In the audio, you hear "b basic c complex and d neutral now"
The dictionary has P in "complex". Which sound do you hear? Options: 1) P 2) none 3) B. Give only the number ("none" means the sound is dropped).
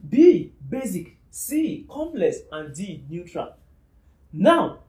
2